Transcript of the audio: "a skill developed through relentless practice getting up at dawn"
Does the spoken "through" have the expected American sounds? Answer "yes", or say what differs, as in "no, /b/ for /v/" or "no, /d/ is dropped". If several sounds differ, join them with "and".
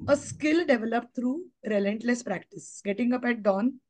no, /t/ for /θ/